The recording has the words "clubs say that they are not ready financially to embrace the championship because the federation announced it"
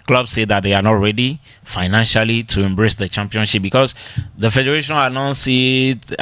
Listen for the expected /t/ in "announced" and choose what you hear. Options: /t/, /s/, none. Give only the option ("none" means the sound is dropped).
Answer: none